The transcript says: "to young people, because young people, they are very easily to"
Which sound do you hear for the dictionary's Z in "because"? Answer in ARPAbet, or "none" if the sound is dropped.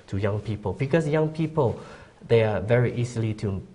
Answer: S